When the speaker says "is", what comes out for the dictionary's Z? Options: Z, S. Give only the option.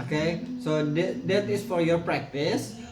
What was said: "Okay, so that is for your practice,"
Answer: S